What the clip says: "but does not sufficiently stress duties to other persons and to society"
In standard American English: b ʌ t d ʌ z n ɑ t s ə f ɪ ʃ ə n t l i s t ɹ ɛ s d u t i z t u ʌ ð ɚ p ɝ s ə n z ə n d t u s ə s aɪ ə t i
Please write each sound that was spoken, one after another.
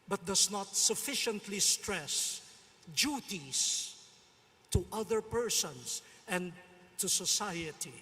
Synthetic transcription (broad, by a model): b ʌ t d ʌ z n ɑ t s ə f ɪ ʃ ə n t l i s t ɹ ɛ s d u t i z t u ʌ ð ɚ p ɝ s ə n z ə n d t u s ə s aɪ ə t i